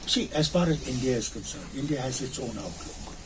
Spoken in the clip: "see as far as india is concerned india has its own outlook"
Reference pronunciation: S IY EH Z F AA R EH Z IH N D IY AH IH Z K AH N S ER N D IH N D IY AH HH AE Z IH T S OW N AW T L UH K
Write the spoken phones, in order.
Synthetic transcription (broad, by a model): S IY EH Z F AA R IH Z IH N D IY AH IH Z K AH N S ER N IH N D IY AH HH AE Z IH T S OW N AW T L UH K